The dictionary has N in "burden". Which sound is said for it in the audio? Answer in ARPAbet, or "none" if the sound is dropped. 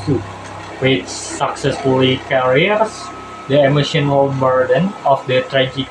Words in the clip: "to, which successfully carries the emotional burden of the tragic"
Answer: N